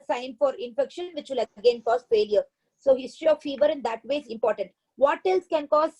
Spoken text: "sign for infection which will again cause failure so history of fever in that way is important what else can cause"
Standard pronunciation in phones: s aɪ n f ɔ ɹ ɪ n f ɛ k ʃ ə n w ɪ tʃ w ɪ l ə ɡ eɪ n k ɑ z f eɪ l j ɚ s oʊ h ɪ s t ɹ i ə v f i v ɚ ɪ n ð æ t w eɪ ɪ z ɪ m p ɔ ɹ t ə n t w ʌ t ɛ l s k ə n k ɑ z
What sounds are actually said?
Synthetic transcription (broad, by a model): s aɪ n f ɔ ɹ ɪ n f ɛ k ʃ ə n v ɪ tʃ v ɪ l ə ɡ eɪ n k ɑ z f eɪ l j ɚ s oʊ h ɪ s t ɹ i ə v f i v ɚ ɪ n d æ t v eɪ ɪ z ɪ m p ɔ ɹ t ə n t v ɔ t ɛ l s k ə n k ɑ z